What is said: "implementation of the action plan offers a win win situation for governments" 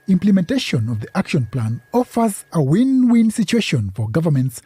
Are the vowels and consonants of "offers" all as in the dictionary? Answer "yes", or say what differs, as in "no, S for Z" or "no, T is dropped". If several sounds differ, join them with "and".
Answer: yes